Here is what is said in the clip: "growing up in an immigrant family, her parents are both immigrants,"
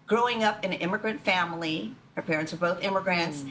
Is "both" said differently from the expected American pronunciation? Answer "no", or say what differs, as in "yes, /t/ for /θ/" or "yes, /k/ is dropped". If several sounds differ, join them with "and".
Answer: no